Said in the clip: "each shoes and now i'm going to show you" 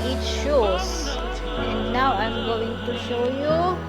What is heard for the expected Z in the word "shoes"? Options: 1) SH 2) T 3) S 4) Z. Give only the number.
3